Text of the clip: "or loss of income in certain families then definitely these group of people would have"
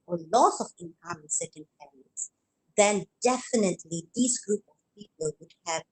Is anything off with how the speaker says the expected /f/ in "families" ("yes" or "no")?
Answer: yes